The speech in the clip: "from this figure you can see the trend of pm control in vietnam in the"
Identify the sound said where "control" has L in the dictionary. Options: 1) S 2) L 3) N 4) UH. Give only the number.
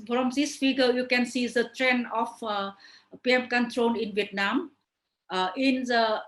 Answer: 3